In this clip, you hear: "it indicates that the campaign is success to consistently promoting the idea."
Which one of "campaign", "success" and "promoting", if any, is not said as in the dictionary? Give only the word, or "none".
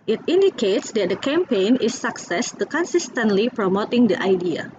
none